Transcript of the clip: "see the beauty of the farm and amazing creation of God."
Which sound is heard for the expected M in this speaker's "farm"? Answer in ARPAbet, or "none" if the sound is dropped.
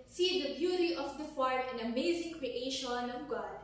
none